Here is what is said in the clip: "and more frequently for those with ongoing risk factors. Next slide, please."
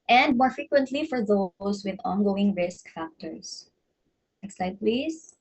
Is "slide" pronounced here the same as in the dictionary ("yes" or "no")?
no